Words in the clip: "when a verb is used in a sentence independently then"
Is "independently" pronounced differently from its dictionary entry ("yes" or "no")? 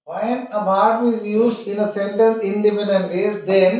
yes